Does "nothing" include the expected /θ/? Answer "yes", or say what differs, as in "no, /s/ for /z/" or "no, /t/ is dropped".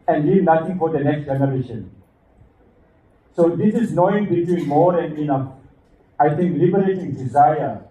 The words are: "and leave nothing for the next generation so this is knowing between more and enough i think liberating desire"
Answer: no, /t/ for /θ/